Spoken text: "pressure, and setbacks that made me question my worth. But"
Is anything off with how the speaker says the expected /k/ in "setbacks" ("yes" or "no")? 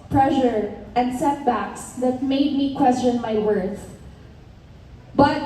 no